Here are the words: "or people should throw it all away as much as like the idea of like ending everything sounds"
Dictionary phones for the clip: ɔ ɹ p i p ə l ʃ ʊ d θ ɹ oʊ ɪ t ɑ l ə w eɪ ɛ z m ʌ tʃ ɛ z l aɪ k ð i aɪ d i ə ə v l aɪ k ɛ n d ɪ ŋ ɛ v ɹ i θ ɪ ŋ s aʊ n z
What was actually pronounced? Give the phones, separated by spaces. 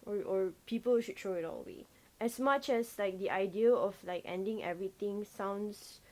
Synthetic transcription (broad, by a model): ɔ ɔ p i p ə l ʃ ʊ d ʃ oʊ ɪ t ɑ l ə w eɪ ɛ s m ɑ tʃ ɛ s l aɪ k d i aɪ d i ə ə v l aɪ k ɛ n d ɪ ŋ ɛ v ɹ i t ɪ ŋ s aʊ n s